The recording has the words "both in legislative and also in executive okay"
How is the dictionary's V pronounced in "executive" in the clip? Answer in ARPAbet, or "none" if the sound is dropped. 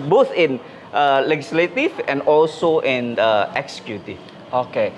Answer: none